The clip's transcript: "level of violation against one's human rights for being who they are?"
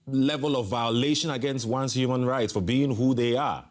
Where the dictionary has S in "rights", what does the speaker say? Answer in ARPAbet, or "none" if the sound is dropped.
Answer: S